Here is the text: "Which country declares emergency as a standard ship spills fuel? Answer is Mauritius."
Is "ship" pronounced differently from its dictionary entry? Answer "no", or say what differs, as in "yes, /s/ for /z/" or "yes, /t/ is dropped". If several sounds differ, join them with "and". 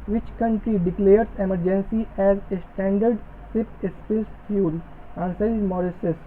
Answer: yes, /s/ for /ʃ/